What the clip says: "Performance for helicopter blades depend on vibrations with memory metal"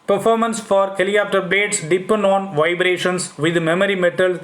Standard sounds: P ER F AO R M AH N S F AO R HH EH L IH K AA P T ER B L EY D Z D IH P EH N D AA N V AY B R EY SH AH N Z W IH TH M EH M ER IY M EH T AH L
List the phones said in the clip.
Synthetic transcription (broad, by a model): P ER F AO R M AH N S F AO R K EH L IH AA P T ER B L EY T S D IH P EH N D AA N V AY B R EY SH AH N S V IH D M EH M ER IY M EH T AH L